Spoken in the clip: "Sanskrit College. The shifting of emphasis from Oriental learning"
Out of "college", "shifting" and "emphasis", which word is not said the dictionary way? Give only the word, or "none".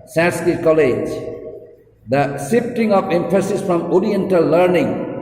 shifting